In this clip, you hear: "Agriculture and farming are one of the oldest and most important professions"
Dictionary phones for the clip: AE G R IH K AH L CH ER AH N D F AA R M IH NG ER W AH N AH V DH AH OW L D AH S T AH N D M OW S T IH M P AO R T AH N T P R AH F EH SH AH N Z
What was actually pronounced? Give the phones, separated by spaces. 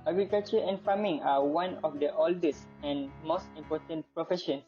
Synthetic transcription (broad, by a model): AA G R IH K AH L CH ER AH N F AA M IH NG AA W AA N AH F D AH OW L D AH S AH N M OW S T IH M P AO T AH N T P R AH F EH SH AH N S